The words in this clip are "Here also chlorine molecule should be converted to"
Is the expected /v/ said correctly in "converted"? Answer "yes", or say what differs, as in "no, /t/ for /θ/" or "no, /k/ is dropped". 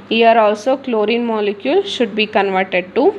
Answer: yes